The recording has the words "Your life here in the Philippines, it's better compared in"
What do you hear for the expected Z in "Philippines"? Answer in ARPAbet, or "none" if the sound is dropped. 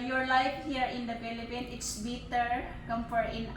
none